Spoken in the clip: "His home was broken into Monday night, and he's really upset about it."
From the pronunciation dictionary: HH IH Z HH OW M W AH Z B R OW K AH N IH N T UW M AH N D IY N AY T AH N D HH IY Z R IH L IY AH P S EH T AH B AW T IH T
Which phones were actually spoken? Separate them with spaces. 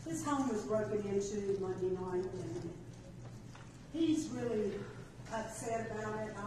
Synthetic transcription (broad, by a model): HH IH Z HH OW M W AH Z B R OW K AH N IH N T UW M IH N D IY N AY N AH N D HH IY Z R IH L IY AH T S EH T AH B AW T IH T